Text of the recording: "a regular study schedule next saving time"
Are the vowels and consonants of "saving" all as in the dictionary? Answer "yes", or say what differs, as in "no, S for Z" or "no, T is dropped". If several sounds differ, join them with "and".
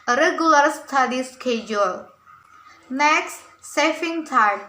no, F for V